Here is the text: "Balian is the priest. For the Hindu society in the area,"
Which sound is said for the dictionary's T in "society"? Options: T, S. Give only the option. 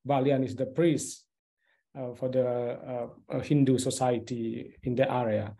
T